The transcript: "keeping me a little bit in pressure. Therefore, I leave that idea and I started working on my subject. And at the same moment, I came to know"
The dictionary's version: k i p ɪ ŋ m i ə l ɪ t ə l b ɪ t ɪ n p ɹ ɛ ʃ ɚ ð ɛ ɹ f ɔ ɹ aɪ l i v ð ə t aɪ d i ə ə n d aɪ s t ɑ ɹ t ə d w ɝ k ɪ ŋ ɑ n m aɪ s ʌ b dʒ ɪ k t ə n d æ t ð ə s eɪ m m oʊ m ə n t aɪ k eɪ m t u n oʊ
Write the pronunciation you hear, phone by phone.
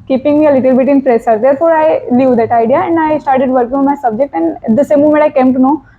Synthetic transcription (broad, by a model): k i p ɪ ŋ m i ə l ɪ t ə l b ɪ t ɪ n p ɹ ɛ s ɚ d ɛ ɹ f ɔ ɹ aɪ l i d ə t aɪ d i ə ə n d aɪ s t ɑ ɹ t ə d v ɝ k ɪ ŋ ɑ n m aɪ s ʌ b dʒ ɪ k t ə n d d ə s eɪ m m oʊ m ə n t aɪ k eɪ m t u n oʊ